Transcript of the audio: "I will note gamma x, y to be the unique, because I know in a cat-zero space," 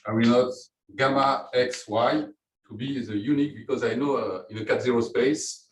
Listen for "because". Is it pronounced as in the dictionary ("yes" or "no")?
yes